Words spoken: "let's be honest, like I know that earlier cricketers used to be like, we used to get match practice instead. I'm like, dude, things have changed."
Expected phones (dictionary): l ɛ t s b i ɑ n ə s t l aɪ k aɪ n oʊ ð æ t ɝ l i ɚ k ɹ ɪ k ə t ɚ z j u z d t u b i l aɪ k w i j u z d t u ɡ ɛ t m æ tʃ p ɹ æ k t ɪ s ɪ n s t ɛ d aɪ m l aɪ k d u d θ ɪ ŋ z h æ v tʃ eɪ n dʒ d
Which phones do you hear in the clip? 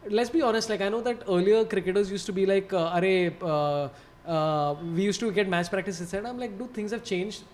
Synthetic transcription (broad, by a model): l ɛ t s b i ɑ n ə s t l aɪ k aɪ n oʊ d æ t ɝ l i ɚ k ɹ ɪ k ə t ɚ z j u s t u b i l aɪ k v i j u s t u ɡ ɛ t m æ tʃ p ɹ æ k t ɪ s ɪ s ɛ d aɪ m l aɪ k d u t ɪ ŋ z h æ v tʃ eɪ n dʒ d